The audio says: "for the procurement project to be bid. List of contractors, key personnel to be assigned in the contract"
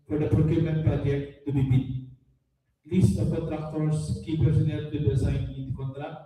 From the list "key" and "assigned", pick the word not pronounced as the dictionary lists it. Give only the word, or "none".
assigned